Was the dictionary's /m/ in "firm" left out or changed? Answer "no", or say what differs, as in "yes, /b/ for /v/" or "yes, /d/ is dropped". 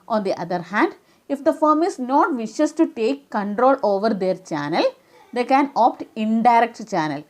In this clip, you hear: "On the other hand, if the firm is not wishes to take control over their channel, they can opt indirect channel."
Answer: no